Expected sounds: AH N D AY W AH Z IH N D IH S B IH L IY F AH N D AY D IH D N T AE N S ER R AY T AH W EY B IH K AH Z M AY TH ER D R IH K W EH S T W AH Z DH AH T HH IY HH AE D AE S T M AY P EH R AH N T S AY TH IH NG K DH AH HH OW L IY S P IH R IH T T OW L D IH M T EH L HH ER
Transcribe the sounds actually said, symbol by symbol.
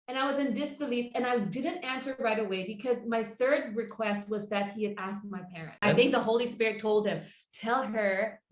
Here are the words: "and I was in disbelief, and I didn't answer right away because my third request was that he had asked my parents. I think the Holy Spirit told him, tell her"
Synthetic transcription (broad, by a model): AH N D AY W AH Z IH N D IH S B IH L IY F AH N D AY D IH D N T AE N S ER R AY T AH W EY B IH K AH Z M AY TH ER D R IH K W EH S T W AH Z DH AH T HH IY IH D AE S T M AY P EH R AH N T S AY TH IH NG K DH AH HH OW L IY S P IH R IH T T OW L D IH M T EH L ER